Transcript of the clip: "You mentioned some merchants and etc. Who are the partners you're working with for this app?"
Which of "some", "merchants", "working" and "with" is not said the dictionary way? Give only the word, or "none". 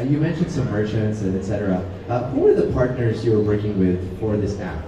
merchants